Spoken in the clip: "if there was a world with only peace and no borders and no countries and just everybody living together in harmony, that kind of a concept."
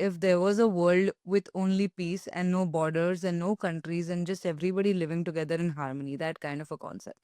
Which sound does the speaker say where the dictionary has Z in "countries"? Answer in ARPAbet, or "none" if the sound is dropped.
Z